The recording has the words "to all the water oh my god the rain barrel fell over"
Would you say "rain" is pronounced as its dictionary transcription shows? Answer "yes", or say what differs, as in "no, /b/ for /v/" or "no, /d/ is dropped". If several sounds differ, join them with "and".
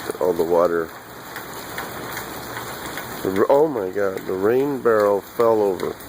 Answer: yes